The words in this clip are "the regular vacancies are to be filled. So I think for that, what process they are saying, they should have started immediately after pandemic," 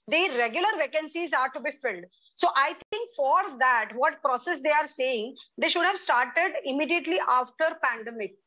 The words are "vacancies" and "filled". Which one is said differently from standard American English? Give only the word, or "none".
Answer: none